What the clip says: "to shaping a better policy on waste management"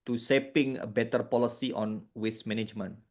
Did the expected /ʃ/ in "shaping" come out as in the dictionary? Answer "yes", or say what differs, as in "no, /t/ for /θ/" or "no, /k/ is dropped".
no, /s/ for /ʃ/